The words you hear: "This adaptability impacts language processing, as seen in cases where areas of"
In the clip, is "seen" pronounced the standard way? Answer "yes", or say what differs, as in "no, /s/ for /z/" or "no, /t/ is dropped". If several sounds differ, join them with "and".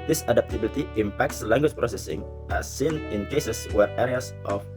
yes